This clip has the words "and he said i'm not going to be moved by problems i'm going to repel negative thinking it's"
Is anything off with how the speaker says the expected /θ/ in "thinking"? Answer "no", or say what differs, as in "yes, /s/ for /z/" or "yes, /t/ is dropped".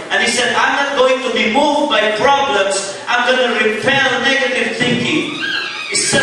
no